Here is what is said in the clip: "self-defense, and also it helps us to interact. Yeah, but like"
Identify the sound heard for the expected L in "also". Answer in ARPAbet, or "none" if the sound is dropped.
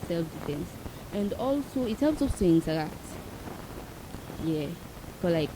L